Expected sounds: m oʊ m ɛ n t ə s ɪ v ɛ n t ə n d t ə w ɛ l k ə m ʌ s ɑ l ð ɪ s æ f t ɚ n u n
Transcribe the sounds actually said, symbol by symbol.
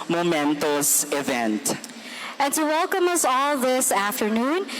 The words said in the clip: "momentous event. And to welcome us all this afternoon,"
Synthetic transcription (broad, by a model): m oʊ m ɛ n t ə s ɪ v ɛ n t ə n t ə w ɛ l k ə m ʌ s ɑ l ð ɪ s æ f t ɚ n u n